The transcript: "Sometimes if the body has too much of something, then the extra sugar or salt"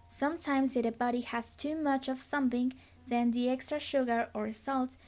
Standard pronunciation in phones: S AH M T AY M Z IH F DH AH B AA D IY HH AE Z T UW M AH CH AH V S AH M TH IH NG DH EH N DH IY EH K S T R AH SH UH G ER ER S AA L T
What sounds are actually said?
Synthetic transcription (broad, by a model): S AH M T AY M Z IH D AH B AA D IY HH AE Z T UW M AH CH AH V S AH M TH IH NG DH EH N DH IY EH K S T R AH SH UH G ER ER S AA L T